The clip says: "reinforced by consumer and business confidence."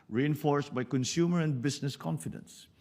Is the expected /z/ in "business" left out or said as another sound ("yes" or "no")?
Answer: yes